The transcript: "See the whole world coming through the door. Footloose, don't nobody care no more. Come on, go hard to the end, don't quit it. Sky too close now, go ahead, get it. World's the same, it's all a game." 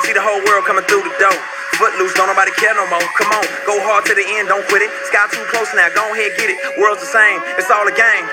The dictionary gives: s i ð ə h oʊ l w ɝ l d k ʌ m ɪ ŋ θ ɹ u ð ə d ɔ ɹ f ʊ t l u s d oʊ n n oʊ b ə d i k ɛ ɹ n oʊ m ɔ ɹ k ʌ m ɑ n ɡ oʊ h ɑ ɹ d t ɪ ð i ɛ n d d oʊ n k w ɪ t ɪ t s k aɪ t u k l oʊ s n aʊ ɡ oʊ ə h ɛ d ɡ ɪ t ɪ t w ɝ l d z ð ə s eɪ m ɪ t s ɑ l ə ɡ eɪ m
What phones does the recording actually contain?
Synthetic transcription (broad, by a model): s i ð ə h oʊ l w ɝ l d k ʌ m ɪ ŋ θ ɹ u ð ə d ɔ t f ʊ t l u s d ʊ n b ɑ ə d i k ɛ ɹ n oʊ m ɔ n k ʌ m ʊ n ɡ oʊ h ɑ ɹ d t ɪ ð i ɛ n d d oʊ n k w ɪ t ɪ t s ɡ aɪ t u k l oʊ s n aʊ ɡ oʊ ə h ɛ ɡ ɪ t ɪ t w ɝ l d z ð ə s eɪ m ɪ t s ɑ l ə ɡ eɪ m